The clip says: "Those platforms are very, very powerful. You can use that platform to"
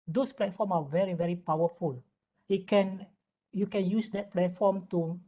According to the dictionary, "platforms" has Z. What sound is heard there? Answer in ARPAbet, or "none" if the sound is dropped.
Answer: none